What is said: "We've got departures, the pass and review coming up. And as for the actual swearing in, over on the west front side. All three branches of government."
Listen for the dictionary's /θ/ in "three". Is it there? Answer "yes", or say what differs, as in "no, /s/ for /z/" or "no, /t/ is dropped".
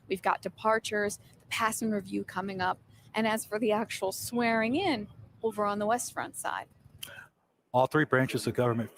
yes